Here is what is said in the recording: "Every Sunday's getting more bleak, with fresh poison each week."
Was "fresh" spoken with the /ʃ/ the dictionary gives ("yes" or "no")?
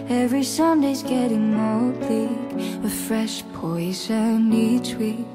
yes